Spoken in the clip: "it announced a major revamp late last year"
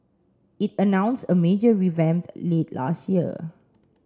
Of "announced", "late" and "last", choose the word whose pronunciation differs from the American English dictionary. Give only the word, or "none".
announced